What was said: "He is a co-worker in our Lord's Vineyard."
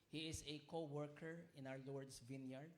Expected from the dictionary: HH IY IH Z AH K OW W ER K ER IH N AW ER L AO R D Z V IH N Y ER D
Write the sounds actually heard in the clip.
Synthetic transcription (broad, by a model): HH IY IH S AH K OW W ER K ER IH N AW ER L AO R D S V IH N Y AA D